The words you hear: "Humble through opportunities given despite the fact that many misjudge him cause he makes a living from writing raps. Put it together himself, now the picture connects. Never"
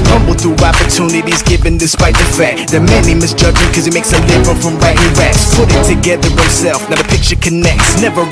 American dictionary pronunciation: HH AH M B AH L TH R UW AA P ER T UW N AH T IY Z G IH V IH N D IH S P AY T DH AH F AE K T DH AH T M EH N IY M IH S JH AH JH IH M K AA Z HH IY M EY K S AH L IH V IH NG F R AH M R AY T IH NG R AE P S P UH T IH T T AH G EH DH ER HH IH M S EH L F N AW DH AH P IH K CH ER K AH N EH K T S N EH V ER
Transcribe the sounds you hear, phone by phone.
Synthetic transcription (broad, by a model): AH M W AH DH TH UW AA P ER T UW N AH T IY Z G IH V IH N D IH S P AY T DH AH F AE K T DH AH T M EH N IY M IH S JH AH JH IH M K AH Z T M EY K S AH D IH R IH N F R AH M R AY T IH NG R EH S P UH T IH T T AH G EH DH ER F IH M S EH L F N AW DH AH P IH K CH ER K AH N EH K T S N EH V ER